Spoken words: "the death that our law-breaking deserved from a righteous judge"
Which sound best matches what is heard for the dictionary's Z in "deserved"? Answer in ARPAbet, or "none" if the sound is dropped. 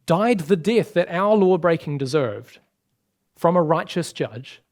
Z